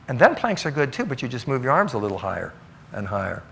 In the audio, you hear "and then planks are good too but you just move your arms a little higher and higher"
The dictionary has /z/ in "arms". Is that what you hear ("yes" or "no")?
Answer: yes